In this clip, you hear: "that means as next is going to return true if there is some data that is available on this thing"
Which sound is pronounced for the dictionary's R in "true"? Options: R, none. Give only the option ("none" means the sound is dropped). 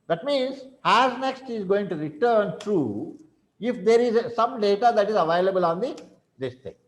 R